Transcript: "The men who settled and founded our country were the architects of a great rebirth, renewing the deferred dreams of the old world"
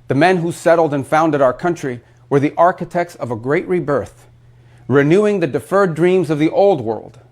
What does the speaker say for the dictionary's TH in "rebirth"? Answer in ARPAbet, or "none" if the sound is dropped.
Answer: TH